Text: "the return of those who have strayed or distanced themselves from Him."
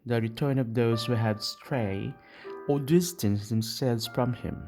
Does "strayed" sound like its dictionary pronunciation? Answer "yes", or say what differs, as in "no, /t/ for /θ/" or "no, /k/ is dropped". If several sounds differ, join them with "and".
no, /d/ is dropped